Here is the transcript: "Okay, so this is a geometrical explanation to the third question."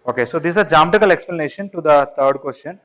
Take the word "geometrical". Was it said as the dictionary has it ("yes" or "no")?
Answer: no